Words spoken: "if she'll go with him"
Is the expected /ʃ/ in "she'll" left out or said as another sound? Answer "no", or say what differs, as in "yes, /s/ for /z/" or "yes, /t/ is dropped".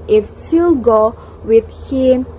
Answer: yes, /s/ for /ʃ/